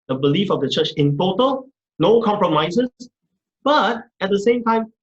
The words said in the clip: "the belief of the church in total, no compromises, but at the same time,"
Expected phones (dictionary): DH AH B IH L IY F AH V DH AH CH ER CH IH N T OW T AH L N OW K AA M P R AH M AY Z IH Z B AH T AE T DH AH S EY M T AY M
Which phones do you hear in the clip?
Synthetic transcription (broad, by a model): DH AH B IH L IY F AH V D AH CH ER CH IH N T OW T AH L N OW K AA M P R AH M AY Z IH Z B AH T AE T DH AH S EY M T AY M